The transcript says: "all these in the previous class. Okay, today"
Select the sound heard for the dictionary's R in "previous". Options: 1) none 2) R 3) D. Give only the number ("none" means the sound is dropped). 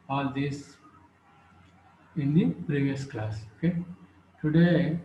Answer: 2